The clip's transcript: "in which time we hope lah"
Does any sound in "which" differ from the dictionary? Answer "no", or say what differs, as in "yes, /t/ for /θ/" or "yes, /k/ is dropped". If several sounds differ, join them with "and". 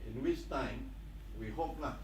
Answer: yes, /s/ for /tʃ/